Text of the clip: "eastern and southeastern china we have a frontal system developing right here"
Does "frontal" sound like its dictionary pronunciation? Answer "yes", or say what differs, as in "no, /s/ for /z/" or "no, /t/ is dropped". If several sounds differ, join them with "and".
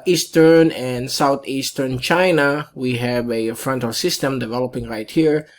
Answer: yes